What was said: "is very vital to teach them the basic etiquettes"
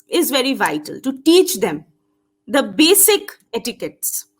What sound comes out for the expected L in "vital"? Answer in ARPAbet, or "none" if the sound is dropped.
L